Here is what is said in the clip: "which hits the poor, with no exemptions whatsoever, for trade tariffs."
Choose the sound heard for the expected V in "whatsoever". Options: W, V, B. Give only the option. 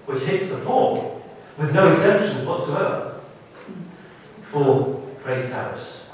V